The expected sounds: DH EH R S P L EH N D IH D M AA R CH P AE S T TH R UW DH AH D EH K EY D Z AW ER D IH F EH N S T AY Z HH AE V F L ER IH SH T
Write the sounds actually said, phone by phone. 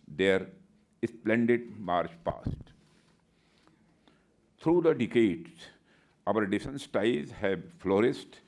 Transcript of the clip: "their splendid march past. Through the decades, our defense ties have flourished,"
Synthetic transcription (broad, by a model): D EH R S P L EH N D IH D M AA R CH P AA S T T R UW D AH D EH K EY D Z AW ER D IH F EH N S T AY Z HH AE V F L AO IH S T